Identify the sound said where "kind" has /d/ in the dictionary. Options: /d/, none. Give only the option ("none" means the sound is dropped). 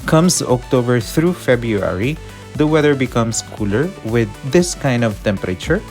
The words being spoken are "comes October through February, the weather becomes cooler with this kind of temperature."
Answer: /d/